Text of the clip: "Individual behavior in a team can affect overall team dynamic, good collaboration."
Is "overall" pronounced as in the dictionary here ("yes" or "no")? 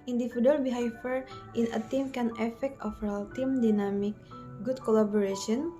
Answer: no